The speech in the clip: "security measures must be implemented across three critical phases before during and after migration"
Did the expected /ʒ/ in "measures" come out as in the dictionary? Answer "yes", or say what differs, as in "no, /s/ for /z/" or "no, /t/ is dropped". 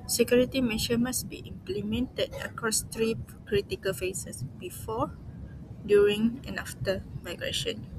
no, /ʃ/ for /ʒ/